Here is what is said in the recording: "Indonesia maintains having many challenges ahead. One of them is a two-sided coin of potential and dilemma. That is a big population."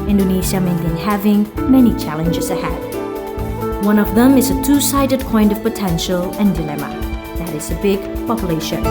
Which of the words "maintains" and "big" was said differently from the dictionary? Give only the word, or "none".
maintains